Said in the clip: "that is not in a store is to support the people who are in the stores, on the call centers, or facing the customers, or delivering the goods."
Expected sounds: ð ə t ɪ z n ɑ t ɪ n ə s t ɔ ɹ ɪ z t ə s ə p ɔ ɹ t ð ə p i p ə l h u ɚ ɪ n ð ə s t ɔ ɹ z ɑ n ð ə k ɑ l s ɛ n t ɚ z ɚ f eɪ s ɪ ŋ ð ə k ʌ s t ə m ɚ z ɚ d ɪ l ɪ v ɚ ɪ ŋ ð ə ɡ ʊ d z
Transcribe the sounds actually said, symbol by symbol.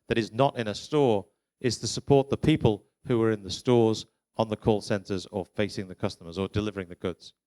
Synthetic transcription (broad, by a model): ð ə t ɪ z n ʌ t ɪ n ə s t ɔ ɹ ɪ z t ə s ə p ɔ ɹ t ð ə p i p ə l h u ɚ ɪ n ð ə s t ɔ ɹ z n ð ə k ɑ l s ɛ n t ɚ z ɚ f eɪ s ɪ ŋ ð ə k ʌ s t ə m ɚ z ɚ d ɪ l ɪ v ɚ ɪ ŋ ð ə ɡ ʊ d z